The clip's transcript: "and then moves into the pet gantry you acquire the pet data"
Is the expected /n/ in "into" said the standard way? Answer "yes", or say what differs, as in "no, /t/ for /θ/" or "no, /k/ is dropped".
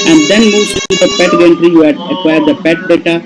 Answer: no, /n/ is dropped